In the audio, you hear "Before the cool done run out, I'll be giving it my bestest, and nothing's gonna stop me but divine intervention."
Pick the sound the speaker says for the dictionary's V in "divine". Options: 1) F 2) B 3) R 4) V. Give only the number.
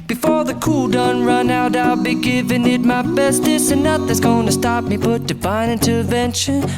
2